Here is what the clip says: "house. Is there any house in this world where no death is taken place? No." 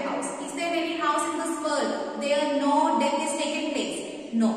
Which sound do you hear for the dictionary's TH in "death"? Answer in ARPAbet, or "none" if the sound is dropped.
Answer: F